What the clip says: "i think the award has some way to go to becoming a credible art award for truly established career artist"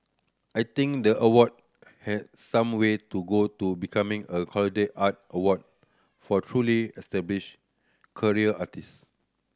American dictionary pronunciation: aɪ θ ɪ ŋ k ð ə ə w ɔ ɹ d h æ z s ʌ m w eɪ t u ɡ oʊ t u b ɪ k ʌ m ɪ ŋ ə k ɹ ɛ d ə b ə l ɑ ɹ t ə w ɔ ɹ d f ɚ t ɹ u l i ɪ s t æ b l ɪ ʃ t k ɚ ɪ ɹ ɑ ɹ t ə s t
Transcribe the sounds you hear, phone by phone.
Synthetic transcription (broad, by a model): aɪ t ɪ ŋ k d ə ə w ɔ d h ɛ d s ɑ m w eɪ t u ɡ oʊ t u b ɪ k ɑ m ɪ ŋ ə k ɔ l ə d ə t ɑ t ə w ɔ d f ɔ t ɹ u l i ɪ s t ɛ b l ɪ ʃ k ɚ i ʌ ɑ t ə s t